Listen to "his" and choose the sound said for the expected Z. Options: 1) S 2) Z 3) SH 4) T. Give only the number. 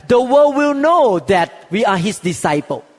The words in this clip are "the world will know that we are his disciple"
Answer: 1